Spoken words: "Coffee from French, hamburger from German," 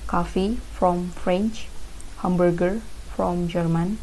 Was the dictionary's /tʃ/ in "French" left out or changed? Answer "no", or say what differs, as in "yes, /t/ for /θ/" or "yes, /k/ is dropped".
no